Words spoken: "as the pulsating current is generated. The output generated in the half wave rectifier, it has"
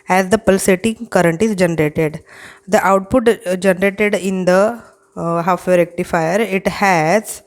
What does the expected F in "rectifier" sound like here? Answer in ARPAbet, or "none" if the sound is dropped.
F